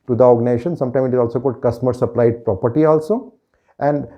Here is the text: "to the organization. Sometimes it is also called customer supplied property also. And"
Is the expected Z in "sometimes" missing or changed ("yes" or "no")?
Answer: yes